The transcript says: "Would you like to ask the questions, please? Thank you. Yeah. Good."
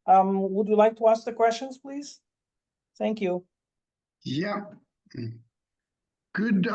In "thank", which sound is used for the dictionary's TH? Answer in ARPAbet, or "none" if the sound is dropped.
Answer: TH